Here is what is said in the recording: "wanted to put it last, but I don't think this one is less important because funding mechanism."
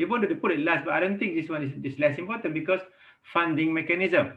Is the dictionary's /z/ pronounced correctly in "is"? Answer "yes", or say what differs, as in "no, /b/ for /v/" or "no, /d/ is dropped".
no, /s/ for /z/